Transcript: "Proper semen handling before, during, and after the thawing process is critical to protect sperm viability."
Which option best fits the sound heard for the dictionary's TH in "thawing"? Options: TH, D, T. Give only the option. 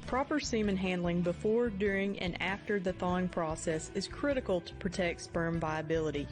TH